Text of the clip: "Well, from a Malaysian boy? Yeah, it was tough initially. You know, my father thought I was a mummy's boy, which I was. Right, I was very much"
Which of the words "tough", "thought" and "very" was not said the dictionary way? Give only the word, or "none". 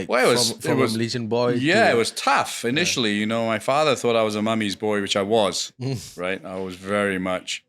none